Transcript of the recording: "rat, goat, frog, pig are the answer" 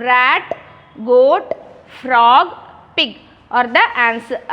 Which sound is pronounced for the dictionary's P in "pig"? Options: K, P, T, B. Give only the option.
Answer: P